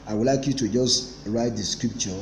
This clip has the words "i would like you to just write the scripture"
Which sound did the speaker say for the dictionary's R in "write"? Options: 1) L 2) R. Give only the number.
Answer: 2